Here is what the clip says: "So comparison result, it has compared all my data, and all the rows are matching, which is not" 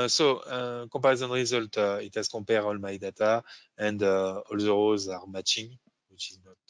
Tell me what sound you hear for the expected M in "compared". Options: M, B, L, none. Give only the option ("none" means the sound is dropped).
none